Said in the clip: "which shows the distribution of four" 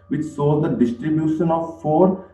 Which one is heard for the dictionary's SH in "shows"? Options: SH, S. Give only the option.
S